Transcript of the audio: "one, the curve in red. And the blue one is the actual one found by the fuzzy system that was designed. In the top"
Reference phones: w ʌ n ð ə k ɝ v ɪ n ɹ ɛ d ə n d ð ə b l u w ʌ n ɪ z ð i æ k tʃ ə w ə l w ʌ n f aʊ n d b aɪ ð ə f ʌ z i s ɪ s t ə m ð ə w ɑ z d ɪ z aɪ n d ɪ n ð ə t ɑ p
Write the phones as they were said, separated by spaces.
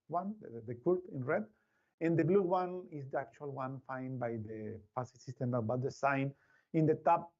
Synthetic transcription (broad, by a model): w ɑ n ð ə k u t ɪ n ɹ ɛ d ə n d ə b l u w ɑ n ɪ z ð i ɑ k tʃ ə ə l w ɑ n f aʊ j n b aɪ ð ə p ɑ s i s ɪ s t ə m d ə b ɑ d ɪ s aɪ n ɪ n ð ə t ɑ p